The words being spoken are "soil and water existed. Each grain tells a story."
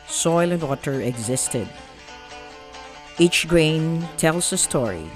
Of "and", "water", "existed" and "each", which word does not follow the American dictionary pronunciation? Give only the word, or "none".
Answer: none